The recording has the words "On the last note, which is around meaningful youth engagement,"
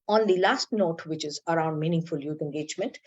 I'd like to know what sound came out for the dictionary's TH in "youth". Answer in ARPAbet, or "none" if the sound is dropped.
T